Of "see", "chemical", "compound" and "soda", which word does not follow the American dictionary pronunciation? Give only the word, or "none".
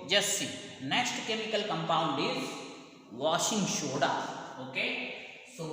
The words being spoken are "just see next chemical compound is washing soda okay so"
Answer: soda